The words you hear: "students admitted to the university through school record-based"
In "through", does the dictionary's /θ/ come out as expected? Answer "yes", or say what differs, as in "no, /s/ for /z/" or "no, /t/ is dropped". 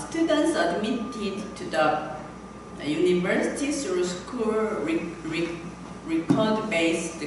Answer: no, /s/ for /θ/